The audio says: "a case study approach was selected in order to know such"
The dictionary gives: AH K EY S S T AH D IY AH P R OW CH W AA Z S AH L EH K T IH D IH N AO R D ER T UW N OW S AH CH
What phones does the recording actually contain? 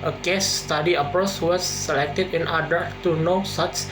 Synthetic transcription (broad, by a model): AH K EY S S T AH D IY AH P R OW S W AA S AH L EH K T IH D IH N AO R D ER T UW N OW S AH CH